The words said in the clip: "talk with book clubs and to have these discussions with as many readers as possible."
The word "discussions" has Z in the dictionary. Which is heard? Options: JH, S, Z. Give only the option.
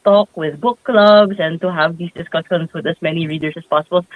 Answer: S